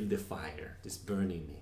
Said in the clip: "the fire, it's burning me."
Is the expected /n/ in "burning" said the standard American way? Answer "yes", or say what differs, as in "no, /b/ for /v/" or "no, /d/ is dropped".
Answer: yes